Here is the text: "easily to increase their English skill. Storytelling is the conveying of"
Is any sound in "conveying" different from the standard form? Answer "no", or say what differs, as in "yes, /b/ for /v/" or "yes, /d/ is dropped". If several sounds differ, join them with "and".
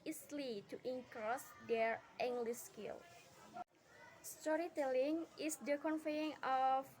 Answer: yes, /f/ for /v/